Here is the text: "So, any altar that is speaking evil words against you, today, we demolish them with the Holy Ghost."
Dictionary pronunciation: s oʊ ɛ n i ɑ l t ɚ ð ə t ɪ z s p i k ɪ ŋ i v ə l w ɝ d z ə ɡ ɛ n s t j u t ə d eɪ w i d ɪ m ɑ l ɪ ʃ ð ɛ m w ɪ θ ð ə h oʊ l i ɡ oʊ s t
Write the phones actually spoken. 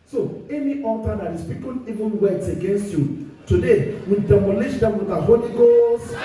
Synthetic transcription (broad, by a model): s oʊ ɛ n i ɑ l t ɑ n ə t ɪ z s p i k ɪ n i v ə n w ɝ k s ə ɡ ɛ n s t j u t ə d eɪ w i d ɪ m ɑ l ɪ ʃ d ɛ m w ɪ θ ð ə h oʊ l i ɡ oʊ s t